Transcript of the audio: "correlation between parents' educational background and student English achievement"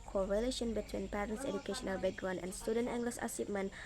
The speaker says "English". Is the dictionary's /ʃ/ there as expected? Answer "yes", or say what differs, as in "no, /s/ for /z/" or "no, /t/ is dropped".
no, /s/ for /ʃ/